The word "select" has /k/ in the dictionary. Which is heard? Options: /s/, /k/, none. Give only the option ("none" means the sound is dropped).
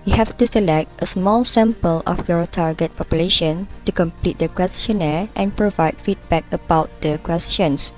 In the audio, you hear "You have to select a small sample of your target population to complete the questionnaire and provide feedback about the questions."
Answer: /k/